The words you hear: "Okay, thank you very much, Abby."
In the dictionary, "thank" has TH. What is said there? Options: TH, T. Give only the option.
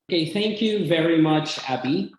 TH